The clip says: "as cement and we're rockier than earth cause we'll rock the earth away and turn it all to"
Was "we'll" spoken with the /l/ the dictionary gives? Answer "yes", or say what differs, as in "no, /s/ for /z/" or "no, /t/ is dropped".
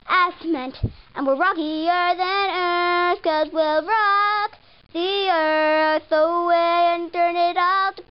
yes